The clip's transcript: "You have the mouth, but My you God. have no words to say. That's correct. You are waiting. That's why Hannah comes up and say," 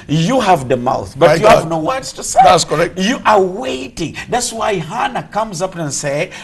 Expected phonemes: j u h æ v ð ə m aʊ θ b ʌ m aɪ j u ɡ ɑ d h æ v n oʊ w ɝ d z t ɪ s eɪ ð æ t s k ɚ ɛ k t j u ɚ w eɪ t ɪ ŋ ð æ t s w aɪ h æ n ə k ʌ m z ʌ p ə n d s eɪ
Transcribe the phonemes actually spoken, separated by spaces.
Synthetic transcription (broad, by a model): j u h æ v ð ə m aʊ θ b ʌ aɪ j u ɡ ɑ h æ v n oʊ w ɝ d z t ɪ s eɪ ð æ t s k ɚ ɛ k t j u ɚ w eɪ t ɪ ŋ ð æ t s w aɪ h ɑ n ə k ʌ m z ʌ p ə n s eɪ